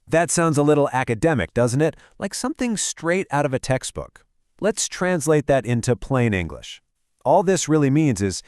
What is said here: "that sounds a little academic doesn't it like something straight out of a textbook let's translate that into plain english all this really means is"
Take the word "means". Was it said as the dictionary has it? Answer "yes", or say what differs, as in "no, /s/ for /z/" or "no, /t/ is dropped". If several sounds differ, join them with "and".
yes